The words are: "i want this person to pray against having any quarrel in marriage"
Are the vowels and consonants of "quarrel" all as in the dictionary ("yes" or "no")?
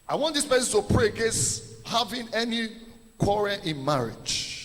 no